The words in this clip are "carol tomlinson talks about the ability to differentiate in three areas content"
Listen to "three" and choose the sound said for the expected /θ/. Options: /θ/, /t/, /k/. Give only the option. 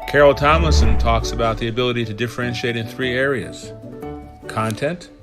/θ/